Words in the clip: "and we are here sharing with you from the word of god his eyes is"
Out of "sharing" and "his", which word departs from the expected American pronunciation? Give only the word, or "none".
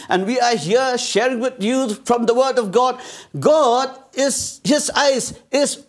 none